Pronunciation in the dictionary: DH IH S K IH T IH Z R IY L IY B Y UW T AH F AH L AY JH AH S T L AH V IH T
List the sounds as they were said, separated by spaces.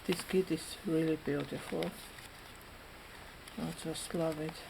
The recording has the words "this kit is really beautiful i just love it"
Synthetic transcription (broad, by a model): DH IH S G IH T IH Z R IY L IY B Y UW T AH F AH L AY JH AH S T L AH V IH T